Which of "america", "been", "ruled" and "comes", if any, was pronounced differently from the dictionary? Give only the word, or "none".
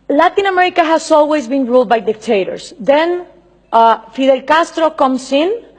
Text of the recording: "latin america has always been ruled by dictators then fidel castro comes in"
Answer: comes